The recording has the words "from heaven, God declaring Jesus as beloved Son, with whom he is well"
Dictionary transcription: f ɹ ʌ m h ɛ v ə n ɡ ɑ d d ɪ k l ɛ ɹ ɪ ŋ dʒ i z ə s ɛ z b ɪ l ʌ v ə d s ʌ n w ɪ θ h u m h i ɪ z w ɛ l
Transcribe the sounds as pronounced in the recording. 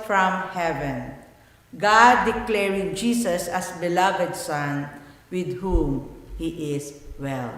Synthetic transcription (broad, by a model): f ɹ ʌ m h ɛ v ə n ɡ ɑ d d ɪ k l ɛ ɹ ɪ ŋ dʒ i s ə s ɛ s b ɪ l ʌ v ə d s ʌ n w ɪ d h u m h i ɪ s w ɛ l